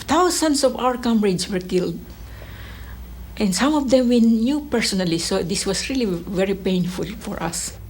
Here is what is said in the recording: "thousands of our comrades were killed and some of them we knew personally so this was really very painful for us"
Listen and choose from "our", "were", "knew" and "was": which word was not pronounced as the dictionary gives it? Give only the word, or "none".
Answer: was